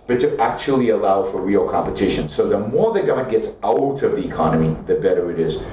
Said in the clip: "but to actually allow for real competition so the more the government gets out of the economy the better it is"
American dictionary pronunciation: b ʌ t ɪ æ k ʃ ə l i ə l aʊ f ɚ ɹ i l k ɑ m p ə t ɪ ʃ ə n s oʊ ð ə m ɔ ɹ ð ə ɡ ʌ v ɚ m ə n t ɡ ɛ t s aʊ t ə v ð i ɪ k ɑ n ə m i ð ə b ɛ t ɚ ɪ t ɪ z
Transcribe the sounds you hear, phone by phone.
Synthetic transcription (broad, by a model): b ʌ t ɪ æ k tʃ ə l i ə l aʊ f ɚ ɹ i l k ɑ m p ə t ɪ ʃ ə n s oʊ ð ə m ɔ ɹ ð ə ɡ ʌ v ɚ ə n ɡ ɛ t s aʊ t ə v ð i ɪ k ɑ n ə m i ð ə b ɛ t ɚ ɪ t ɪ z